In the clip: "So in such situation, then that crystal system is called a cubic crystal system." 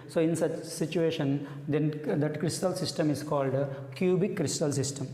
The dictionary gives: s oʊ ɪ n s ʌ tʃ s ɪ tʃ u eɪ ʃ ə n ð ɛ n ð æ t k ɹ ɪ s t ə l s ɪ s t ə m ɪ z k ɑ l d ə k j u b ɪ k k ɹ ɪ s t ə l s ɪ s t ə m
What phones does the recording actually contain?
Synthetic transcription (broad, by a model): s oʊ ɪ n s ʌ tʃ s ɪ tʃ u eɪ ʃ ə n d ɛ n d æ t k ɹ ɪ s t ə l s ɪ s t ə m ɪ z k ɑ l d k j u b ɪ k k ɹ ɪ s t ə l s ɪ s t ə m